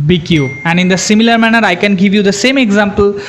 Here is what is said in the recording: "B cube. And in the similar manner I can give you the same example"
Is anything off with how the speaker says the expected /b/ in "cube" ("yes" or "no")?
yes